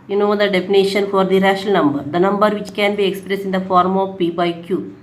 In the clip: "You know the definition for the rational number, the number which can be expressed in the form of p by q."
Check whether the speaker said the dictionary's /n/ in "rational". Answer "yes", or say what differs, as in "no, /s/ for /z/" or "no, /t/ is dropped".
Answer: no, /n/ is dropped